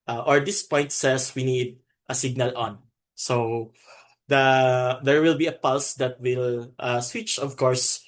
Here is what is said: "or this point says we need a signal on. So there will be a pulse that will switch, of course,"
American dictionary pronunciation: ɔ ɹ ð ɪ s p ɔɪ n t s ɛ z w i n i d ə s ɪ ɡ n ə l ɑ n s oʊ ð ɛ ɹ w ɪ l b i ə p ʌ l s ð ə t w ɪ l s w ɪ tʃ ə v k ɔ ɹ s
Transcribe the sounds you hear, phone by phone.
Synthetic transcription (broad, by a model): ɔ ɹ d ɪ s p ɔɪ n t s ɛ s w i n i d ə s ɪ ɡ n ə l ɑ n s oʊ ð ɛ ɹ w ɪ l b i ə p ʌ l s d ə t w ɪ l s w ɪ tʃ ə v k ɔ ɹ s